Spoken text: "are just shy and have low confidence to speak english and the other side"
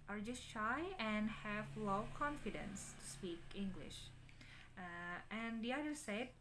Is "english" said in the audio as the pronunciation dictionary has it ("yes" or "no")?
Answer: yes